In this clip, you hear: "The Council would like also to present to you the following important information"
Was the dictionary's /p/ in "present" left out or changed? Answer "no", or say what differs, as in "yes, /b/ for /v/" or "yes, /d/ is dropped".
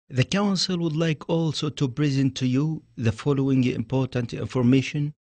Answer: yes, /b/ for /p/